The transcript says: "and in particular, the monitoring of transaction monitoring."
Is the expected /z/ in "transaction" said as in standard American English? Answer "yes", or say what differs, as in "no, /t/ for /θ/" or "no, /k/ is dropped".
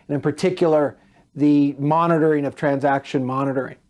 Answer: yes